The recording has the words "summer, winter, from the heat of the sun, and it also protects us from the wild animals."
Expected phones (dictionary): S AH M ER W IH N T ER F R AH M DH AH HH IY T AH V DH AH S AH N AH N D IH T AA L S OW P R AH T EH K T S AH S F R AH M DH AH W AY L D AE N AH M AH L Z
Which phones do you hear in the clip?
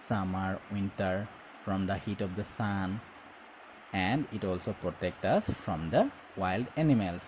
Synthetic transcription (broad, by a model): S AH M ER W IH N T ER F R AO M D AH HH IY T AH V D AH S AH N AH N D IH T AA L S OW P R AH T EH K T AH S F R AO M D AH W AY L D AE N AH M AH L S